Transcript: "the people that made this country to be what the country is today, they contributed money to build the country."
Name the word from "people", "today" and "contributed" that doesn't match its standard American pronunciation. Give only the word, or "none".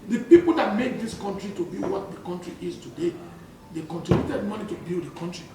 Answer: contributed